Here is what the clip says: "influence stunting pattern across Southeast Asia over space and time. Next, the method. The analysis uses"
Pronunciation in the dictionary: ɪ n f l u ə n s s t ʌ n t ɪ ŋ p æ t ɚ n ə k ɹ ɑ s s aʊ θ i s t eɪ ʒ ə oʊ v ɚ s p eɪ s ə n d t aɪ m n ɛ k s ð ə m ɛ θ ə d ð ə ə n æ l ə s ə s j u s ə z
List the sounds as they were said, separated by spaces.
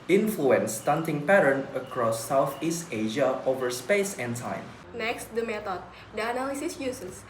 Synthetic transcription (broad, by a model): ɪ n f l u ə n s s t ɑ n t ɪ ŋ p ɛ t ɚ n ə k ɹ ɑ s s aʊ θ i s t eɪ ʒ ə oʊ v ɚ s p eɪ s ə n t aɪ m n ɛ k s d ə m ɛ t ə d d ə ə n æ l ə s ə s j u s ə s